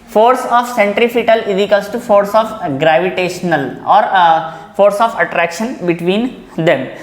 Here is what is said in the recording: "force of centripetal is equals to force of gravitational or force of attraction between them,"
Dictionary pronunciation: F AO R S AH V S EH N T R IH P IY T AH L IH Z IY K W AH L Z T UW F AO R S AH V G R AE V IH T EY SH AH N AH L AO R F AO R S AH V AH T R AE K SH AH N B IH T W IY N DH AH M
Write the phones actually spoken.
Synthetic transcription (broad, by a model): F AO R S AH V S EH N T R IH F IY T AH L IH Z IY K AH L S T UW F AO R S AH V G R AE V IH T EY SH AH N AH L AO R F AO R S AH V AH T R AE K SH AH N B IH T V IY N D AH M